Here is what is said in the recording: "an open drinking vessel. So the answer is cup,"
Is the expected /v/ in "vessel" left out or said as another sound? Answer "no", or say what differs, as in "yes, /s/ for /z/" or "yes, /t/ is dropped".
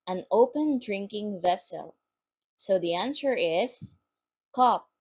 no